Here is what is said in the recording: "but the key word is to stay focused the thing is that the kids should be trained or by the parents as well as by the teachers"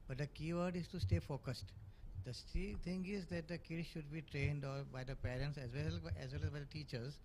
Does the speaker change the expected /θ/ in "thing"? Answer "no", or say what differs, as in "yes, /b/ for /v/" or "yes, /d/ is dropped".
yes, /s/ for /θ/